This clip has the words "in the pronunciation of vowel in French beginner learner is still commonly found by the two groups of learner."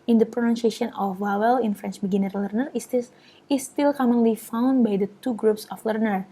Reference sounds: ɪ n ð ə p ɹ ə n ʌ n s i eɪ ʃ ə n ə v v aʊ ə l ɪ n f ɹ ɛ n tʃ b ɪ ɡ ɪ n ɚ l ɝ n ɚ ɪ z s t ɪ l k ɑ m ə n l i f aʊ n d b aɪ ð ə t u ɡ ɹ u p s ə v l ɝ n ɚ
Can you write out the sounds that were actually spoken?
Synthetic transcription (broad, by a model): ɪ n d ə p ɹ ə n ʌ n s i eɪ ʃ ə n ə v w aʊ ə l ɪ n f ɹ ɛ n tʃ b ɪ ɡ ɪ n ɚ l ɝ n ɚ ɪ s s t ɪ l k ɑ m ə n l i f aʊ n d b aɪ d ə t u ɡ ɹ u p s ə f l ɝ n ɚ